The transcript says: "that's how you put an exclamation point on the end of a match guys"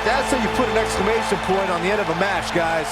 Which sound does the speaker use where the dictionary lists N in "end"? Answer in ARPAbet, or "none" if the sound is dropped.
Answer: none